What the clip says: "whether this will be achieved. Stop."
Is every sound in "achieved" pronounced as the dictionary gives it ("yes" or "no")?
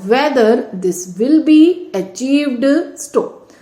yes